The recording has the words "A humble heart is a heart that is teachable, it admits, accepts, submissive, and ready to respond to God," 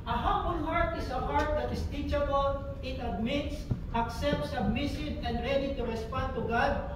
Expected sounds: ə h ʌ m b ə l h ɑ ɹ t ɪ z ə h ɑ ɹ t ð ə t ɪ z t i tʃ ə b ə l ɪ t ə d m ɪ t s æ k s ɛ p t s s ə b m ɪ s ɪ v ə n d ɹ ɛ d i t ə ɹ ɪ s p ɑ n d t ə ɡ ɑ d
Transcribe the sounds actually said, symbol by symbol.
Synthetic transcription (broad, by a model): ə h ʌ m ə n h ɑ ɹ t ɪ s ə h ɑ ɹ t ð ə t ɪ s t i tʃ ə b ə l ɪ t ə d m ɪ t s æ k s ɛ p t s s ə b m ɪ s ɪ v ə n d ɹ ɛ d i t ə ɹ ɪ s p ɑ n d t ə ɡ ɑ d